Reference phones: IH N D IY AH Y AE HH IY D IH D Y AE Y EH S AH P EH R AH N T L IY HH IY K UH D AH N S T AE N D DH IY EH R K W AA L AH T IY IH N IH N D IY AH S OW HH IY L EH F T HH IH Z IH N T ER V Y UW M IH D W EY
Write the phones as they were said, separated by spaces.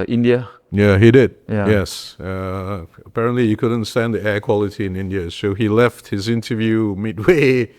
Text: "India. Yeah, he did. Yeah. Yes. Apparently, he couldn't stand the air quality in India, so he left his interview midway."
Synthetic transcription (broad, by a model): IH N D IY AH Y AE HH IY D IH D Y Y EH S AH P EH R AH N T L IY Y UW K UH D AH N S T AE N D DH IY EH K W AA L AH T IY IH N IH N D IY AH S OW HH IY L EH F T HH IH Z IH N T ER V Y UW M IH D W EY